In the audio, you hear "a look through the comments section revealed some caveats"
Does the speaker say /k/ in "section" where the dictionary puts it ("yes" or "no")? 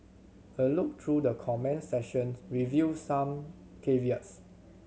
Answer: no